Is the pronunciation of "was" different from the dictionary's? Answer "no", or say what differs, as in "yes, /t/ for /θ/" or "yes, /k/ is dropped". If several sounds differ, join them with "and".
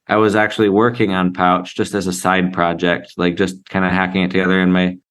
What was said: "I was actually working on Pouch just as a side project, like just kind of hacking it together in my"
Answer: no